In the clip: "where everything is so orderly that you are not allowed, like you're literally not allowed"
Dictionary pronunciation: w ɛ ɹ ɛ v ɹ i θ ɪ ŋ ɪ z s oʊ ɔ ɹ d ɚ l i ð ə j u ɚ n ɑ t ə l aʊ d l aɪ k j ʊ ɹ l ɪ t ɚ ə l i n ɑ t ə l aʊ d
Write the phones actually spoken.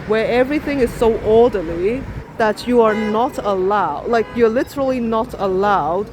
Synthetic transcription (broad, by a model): w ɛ ɹ ɛ v ɹ i θ ɪ ŋ ɪ z s oʊ ɔ ɹ d ɚ l i ð ə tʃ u ɚ n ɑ t ə l aʊ d l aɪ k j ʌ ɹ l ɪ t ɚ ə l i n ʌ t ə l aʊ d